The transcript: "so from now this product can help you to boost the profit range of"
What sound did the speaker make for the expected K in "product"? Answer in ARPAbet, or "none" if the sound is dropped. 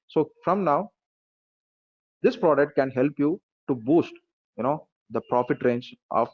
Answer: K